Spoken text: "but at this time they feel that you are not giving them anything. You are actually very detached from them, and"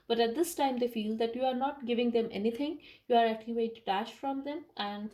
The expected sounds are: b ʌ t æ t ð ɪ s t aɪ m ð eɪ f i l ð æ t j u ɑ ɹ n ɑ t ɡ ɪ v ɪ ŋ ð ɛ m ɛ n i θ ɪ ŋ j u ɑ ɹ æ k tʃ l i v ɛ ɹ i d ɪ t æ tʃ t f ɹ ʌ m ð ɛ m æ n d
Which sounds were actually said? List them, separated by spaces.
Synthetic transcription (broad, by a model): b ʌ t æ t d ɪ s t aɪ m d eɪ f i l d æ t j u ɑ ɹ n ɑ t ɡ ɪ v ɪ ŋ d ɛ m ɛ n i t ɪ ŋ j u ɑ ɹ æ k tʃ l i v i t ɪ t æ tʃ f ɹ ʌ m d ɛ m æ n d